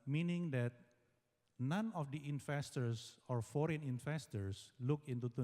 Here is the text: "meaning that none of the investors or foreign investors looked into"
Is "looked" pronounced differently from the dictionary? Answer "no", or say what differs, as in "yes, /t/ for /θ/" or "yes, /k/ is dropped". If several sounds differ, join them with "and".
yes, /t/ is dropped